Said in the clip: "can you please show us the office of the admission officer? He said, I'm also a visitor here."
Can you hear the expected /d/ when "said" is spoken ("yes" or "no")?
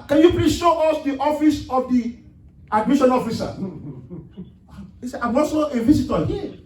no